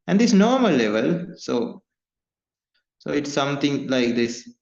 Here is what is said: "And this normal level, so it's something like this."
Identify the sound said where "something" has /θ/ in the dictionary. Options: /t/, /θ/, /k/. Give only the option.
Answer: /t/